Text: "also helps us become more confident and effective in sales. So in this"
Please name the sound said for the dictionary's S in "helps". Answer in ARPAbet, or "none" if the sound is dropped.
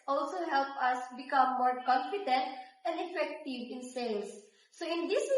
none